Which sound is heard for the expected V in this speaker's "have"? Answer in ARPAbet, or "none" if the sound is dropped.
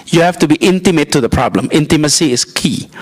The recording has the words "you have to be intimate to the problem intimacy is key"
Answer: F